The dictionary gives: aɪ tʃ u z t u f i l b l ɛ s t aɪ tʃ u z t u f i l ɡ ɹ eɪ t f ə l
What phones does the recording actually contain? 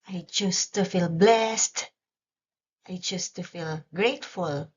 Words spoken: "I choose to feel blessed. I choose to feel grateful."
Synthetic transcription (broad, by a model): aɪ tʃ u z t u f i l b l ɛ s t aɪ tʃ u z t u f i l ɡ ɹ eɪ t f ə l